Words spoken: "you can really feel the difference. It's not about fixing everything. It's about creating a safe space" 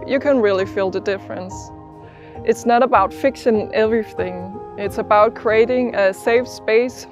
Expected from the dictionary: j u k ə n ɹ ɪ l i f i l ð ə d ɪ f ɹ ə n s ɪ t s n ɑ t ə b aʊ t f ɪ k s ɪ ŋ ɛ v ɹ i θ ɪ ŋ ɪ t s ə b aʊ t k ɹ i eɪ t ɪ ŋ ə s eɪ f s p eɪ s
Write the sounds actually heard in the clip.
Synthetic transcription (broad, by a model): j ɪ k ə n ɹ ɪ l i f i l ð ə d ɪ f ɹ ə n s ɪ t s n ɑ t ə b aʊ t f ɪ k ʃ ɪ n ɛ v ɹ i θ ɪ ŋ ɪ t s ə b aʊ t k ɹ i eɪ t ɪ ŋ ə s eɪ f s p eɪ s